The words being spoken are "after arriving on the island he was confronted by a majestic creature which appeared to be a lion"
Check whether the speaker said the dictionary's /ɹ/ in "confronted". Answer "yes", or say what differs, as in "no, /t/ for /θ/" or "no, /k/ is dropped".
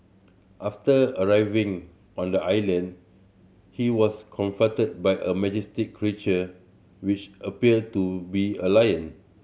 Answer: no, /ɹ/ is dropped